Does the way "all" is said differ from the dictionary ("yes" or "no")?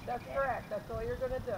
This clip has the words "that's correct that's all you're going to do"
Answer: yes